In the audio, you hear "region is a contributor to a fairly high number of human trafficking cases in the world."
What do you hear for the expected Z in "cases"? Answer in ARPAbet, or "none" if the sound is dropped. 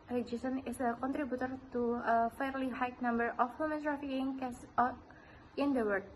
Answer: none